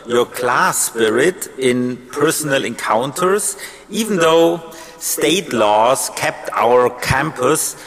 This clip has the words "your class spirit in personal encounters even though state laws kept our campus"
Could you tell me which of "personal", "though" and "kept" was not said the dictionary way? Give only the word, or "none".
none